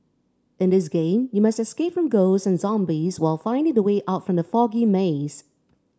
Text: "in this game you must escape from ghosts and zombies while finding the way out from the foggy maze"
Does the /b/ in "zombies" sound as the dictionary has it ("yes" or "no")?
yes